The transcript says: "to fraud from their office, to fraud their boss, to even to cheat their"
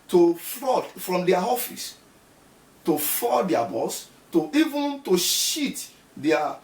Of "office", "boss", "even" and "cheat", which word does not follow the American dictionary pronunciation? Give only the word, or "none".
cheat